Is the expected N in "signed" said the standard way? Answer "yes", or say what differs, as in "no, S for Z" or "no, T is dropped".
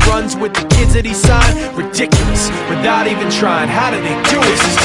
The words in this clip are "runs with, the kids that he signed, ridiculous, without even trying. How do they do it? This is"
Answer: no, N is dropped